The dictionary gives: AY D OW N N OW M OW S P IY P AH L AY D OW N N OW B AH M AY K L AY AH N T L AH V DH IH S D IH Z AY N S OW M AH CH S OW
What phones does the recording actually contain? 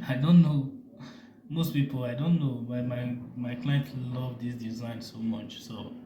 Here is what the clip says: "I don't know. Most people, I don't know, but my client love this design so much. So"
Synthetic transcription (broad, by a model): AY D OW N N OW M OW S P IY P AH L AY D OW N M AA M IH M AY K L AY AH N T L AH V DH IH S D IH Z AY N S OW M AH CH S OW